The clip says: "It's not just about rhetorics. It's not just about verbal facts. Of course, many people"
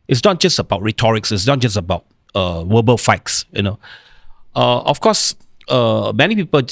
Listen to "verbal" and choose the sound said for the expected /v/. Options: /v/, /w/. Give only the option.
/w/